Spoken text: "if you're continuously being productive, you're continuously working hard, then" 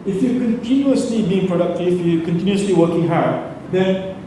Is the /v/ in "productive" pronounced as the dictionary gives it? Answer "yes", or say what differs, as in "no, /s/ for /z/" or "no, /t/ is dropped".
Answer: no, /f/ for /v/